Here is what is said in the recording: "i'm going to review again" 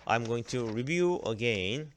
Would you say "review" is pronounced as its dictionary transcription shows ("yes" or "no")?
yes